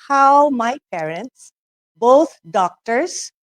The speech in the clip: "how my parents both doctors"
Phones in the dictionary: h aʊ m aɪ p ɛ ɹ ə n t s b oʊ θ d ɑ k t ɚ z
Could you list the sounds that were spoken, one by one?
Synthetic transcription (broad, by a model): h aʊ m aɪ p ɛ ɹ ə n t s b oʊ t d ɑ k t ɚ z